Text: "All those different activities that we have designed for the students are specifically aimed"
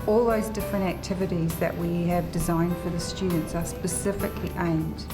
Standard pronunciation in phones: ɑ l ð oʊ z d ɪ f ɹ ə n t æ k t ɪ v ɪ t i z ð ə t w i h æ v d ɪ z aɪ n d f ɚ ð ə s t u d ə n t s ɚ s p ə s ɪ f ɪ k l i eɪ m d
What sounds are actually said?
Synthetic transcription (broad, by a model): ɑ l ð oʊ z d ɪ f ɹ ə n t æ k t ɪ v ɪ t i z ð ə t w i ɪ v d ɪ z aɪ n d f ɚ ð ə s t u d n t s ɚ s p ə s ɪ f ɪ k l i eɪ m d